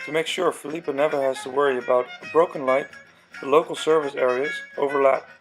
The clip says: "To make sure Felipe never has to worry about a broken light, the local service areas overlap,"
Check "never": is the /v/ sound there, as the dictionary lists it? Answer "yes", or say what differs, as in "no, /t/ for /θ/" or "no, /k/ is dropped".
yes